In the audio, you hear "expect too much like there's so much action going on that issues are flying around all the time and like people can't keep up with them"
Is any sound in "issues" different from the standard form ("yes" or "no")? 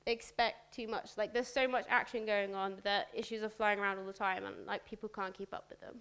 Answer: no